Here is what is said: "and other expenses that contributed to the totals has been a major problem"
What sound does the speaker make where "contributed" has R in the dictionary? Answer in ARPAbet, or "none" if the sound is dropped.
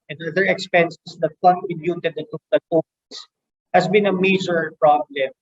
none